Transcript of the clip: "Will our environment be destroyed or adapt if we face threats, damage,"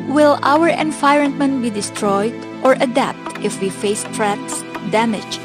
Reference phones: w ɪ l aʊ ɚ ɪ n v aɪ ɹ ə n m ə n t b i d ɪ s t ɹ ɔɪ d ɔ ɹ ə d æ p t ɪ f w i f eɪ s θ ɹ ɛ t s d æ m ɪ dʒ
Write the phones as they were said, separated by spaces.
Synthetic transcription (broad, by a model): w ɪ l aʊ ɚ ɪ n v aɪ ɹ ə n m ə n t b i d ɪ s t ɹ ɔɪ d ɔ ɹ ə d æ p t ɪ f w i f eɪ s t ɹ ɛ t s d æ m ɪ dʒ